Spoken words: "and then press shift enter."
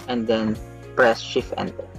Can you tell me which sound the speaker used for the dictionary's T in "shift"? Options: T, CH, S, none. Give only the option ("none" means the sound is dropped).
none